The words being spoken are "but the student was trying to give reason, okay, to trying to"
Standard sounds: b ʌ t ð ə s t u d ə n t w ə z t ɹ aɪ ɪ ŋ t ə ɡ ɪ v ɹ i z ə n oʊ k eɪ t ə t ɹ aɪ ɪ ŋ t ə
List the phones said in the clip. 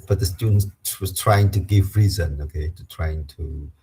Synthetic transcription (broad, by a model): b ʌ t ð ə s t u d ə n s w ə z t ɹ aɪ ɪ ŋ t ə ɡ ɪ v ɹ i z ə n oʊ k eɪ t ə t ɹ aɪ ɪ ŋ t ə